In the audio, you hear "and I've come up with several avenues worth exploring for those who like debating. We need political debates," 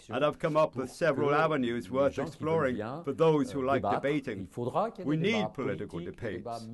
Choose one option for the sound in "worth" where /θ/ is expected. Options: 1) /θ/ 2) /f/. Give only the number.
1